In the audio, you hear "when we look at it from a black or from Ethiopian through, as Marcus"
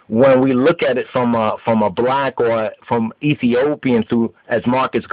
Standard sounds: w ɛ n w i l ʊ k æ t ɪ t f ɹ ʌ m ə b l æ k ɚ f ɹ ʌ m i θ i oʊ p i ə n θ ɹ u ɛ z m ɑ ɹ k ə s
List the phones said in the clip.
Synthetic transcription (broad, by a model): w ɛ n w i l ʊ k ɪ t ɪ t f ɹ ʌ m ə b l æ k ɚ f ɹ ʌ m i θ i oʊ p i ə n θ u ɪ z m ɑ ɹ k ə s